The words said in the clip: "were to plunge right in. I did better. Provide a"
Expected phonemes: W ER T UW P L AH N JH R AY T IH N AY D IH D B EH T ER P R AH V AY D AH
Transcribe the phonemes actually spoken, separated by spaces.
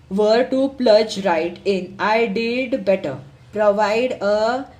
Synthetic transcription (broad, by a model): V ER T UW P L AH JH R AY T IH N AY D IH D B EH T ER P R AH V AY D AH